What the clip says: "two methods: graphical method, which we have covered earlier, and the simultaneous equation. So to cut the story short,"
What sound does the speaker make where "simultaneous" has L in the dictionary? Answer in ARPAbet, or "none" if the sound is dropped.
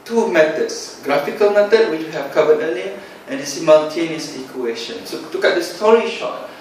N